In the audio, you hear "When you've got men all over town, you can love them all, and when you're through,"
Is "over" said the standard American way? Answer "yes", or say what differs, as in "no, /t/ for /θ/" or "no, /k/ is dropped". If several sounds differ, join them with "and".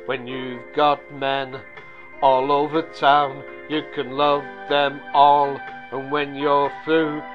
yes